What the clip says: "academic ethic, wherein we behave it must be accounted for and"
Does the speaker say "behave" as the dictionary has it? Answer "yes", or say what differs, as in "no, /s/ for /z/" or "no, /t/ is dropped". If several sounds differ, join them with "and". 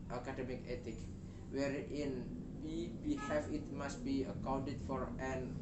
no, /f/ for /v/